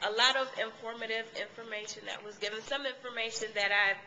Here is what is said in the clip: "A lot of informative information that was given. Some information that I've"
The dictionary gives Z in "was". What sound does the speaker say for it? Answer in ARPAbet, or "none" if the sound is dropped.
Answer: Z